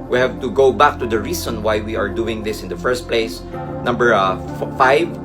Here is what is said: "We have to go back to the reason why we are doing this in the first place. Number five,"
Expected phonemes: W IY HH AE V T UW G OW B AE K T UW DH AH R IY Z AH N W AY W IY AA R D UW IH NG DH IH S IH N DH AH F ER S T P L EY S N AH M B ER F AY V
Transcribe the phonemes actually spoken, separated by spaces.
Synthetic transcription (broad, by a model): W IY HH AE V T UW G OW B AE K T UW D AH R IY S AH N W AY W IY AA R D UW IH NG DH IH S IH N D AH F ER S T P L EY S N AH M B ER F AY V